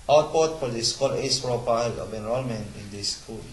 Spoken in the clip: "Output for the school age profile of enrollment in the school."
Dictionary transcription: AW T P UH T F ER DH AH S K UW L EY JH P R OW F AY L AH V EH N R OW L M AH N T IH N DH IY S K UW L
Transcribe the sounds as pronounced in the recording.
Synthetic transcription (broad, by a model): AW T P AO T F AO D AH S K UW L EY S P R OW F AY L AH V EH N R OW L M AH N IH N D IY S K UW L